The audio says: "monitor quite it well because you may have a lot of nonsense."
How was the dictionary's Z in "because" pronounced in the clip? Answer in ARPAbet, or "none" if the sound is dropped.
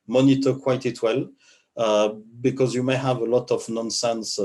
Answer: Z